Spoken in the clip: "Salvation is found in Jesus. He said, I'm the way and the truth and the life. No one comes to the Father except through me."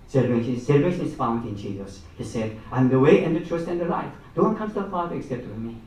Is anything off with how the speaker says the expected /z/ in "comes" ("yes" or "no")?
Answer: yes